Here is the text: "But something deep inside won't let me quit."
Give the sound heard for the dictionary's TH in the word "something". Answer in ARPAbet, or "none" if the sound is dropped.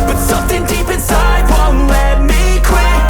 TH